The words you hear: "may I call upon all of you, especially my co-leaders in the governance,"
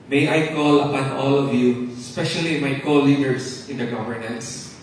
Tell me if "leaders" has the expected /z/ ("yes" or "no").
no